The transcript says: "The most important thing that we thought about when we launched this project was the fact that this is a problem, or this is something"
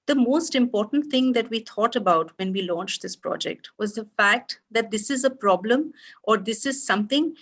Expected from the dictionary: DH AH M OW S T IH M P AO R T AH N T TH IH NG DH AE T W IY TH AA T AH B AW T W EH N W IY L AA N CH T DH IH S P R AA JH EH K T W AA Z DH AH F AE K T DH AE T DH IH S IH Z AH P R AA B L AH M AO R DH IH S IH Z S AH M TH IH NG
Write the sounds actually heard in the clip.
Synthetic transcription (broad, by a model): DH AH M OW S T IH M P AO R T AH N T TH IH NG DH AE T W IY T AA T AH B AW T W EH N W IY L AA N CH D IH S P R AA JH EH K T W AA Z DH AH F AE K T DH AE T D IH S IH Z AH P R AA B L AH M AO R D IH S IH Z S AH M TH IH NG